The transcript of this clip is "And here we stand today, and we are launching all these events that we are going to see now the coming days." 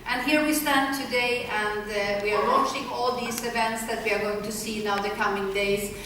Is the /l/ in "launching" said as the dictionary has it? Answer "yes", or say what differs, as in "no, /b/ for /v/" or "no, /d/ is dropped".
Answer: no, /w/ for /l/